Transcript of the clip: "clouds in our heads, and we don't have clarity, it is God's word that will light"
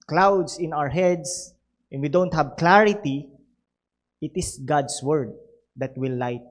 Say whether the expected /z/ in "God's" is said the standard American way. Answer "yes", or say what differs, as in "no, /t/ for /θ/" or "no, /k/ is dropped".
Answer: no, /s/ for /z/